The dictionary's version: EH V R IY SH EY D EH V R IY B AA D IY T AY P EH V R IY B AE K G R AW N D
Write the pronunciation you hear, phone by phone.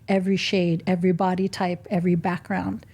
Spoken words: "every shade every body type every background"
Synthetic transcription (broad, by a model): EH V R IY SH EY D EH V R IY B AA D IY T AY P EH V R IY B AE K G R AW N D